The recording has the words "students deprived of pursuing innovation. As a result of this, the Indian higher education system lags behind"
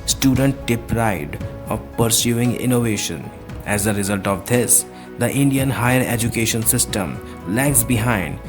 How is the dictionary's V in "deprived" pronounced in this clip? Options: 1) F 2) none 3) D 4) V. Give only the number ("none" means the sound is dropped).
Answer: 2